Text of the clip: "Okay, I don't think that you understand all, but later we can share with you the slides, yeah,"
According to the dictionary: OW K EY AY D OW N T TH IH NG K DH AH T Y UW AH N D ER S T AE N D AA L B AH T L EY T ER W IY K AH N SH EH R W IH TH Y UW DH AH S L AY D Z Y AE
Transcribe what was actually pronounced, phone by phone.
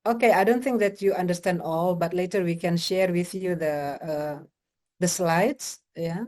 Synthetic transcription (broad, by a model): OW K EY AY D OW N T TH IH NG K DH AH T Y UW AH N D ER S T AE N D AA L B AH T L EY T ER W IY K AH N SH EH R W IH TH Y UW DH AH S L AY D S Y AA